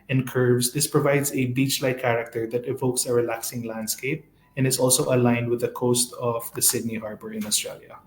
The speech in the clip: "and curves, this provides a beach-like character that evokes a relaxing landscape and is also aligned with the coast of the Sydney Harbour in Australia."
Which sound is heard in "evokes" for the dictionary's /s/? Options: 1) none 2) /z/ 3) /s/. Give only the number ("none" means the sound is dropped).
3